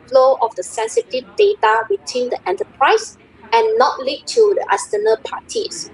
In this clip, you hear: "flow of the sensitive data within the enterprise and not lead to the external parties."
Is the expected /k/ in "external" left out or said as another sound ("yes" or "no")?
yes